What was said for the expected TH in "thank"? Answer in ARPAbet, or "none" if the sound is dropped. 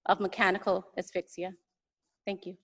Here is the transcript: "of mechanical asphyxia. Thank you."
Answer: TH